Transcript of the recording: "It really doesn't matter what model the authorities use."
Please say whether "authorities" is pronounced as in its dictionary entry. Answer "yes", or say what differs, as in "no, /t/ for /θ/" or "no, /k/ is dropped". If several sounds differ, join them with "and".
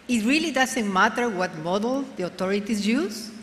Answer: no, /t/ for /θ/